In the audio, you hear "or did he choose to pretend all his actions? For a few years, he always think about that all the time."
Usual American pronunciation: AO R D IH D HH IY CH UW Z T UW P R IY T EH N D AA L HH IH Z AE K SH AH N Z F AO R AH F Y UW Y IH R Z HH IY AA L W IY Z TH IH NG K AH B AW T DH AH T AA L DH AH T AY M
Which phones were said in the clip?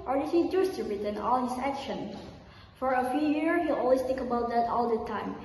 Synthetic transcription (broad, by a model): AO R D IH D HH IY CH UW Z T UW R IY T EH N AA L HH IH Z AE K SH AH N F AO R AH F Y UW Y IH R HH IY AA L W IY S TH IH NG K AH B AW T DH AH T AA L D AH T AY M